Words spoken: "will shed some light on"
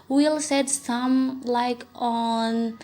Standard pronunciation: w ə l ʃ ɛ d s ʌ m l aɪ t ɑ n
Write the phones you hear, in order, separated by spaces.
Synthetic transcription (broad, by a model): w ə l s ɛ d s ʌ m l aɪ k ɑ n